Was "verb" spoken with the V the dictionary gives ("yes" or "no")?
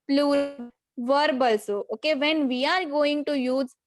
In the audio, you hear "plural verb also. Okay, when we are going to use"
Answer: yes